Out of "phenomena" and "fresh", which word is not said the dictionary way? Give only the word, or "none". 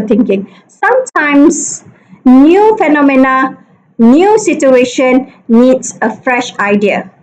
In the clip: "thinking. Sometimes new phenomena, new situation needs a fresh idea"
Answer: none